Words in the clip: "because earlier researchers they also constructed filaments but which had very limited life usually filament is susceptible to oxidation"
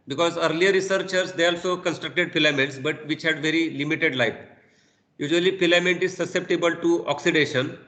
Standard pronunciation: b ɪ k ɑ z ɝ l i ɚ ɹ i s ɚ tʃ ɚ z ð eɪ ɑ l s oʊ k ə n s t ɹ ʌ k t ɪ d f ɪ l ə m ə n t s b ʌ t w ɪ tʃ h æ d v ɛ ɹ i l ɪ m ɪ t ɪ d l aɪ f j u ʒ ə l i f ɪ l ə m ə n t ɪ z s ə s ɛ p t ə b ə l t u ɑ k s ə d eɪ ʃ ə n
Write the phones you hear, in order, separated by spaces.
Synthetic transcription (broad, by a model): b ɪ k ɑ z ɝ l i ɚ ɹ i s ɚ tʃ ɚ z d eɪ ɑ l s oʊ k ə n s t ɹ ʌ k t ɪ d p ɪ l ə m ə n t s b ʌ t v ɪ tʃ h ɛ d v ɛ ɹ i l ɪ m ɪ t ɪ d l aɪ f j u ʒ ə l i p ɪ l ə m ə n t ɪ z s ə s ɛ p t ə b ə l t u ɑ k s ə d eɪ ʃ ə n